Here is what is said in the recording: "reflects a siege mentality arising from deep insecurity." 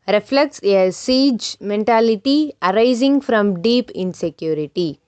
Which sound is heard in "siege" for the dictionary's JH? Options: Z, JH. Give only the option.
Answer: JH